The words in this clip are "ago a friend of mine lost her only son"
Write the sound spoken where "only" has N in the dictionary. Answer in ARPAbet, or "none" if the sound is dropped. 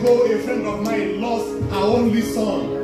N